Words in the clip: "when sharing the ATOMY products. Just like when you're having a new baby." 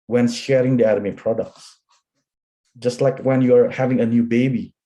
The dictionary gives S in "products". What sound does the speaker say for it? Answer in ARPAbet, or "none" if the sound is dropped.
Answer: S